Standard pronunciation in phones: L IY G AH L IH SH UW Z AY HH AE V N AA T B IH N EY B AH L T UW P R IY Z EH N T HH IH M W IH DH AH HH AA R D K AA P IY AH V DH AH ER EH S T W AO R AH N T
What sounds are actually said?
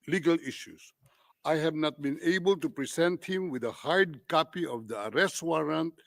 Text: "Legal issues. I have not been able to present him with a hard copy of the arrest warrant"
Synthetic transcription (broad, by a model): L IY G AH L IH SH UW S AY HH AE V N AA T B IH N EY B AH L T UW P R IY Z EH N T HH IH M W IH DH AH HH AA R D K AA P IY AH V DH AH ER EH S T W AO R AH N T